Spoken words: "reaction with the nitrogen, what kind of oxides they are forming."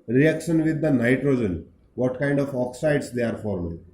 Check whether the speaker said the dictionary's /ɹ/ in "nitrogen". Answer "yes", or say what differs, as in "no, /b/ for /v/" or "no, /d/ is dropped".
yes